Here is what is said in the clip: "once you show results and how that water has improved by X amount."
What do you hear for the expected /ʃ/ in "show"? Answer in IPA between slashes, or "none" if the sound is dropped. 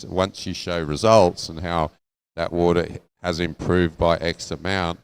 /ʃ/